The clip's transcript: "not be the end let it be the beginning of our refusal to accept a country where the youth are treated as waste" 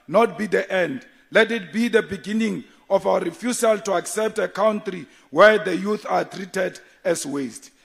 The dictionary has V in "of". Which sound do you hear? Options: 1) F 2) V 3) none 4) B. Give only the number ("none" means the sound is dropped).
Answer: 1